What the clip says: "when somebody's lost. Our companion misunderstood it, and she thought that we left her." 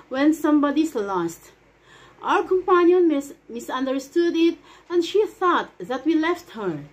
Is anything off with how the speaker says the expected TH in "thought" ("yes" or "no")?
no